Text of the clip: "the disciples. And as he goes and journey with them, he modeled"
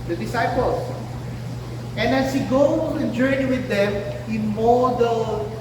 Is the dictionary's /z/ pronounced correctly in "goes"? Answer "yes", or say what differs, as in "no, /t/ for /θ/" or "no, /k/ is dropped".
no, /z/ is dropped